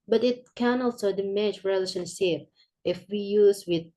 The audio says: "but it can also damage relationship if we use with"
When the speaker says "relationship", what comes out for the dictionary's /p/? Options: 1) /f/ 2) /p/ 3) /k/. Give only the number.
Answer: 2